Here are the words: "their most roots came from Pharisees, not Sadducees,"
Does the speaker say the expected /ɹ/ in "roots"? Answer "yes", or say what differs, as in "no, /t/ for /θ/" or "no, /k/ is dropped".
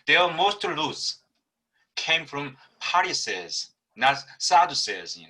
no, /l/ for /ɹ/